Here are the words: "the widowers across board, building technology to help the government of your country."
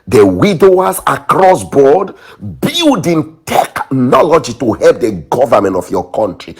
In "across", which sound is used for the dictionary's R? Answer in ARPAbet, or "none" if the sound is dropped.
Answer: R